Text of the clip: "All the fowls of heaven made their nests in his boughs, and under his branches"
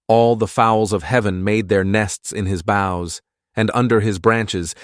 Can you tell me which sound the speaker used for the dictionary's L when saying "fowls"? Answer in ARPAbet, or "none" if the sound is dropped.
L